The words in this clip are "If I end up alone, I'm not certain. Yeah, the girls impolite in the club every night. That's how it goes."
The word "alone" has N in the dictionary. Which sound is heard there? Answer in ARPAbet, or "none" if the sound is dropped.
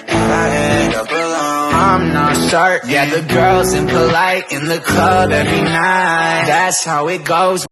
none